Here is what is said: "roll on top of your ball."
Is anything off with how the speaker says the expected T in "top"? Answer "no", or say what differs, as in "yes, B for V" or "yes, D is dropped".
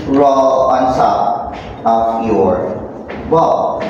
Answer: yes, S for T